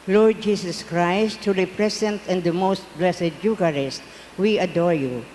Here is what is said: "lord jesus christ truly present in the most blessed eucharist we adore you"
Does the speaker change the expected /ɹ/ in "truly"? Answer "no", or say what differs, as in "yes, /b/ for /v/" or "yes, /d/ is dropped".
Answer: yes, /ɹ/ is dropped